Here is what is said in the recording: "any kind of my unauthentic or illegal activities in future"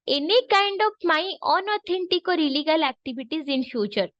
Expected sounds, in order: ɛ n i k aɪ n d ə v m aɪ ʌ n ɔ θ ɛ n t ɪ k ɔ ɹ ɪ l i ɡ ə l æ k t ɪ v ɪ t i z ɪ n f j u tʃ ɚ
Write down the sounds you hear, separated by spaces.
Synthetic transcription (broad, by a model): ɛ n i k aɪ n d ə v m aɪ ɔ n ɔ t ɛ n t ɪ k ɔ ɹ ɪ l i ɡ ə l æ k t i b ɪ t i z ɪ n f j u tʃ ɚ